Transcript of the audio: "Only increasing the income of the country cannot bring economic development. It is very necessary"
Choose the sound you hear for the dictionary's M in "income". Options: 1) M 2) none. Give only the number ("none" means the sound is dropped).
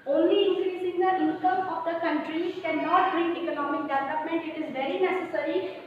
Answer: 2